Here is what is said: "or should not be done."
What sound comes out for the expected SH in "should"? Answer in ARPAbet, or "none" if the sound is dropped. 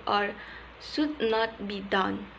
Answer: S